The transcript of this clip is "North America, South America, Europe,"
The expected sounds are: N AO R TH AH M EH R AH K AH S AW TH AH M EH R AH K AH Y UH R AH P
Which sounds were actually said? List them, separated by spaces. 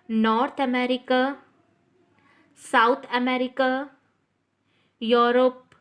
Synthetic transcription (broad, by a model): N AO R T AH M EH R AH K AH S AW T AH M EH R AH K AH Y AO R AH P